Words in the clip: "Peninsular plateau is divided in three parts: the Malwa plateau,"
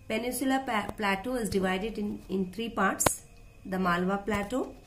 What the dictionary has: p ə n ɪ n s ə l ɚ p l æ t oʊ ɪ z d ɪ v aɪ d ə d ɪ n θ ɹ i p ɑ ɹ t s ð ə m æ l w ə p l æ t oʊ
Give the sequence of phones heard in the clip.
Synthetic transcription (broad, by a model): p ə n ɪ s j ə l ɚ p l æ t oʊ ɪ z d ɪ v aɪ d ə d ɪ n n ɹ i p ɑ ɹ t s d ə m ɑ l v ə p l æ t oʊ